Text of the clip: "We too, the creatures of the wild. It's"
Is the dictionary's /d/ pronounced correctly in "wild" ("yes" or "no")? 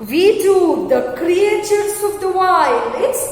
no